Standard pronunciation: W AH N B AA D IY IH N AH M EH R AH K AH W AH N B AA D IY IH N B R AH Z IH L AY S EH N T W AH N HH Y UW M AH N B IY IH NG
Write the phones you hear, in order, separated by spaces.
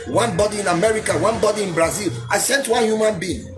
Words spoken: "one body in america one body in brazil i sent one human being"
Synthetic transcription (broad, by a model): W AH N B AA D IY IH N AH M EH R AH K AH W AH N B AA D IY IH N B R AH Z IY L AY S EH N T W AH N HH Y UW M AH N B IY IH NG